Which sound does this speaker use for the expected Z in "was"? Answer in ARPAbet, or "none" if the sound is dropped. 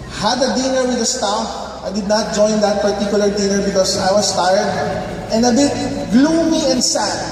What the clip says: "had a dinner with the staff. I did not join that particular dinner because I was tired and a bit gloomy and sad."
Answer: S